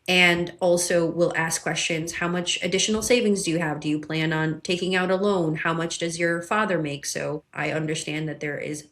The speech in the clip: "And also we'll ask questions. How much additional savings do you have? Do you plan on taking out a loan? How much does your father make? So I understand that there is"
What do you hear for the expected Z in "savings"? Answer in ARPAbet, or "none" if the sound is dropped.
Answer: Z